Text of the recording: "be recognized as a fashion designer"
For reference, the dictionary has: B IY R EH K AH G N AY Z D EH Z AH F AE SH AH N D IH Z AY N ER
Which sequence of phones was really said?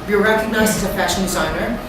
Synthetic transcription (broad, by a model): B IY R EH K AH G N AY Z IH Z AH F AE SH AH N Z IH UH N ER